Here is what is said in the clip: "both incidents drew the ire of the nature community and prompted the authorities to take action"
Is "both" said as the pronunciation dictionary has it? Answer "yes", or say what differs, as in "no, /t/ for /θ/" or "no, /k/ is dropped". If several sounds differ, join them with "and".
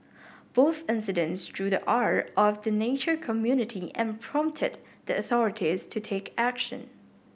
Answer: yes